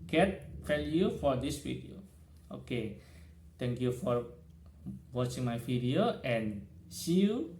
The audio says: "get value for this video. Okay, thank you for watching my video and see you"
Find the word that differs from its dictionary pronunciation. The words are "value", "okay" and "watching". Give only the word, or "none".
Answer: value